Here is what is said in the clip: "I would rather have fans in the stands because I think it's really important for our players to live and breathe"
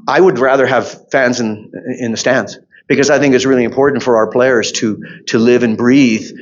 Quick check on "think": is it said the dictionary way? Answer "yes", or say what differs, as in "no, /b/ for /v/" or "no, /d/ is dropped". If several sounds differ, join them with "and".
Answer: yes